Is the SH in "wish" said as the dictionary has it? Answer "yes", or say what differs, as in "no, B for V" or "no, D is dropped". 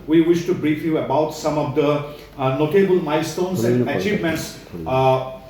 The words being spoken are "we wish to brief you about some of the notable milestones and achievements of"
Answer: yes